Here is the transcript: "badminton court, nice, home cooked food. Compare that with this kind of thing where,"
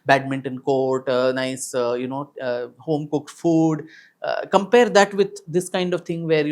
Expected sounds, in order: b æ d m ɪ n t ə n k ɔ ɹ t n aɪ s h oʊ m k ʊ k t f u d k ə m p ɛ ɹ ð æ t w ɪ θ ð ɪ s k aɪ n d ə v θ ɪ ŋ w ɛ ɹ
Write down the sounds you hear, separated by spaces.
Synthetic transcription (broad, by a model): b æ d m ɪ n t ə n k ɔ ɹ t n aɪ s h oʊ m k ʊ k t f u d k ə m p ɛ ɹ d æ t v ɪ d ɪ s k aɪ n d ə v t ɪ ŋ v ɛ ɹ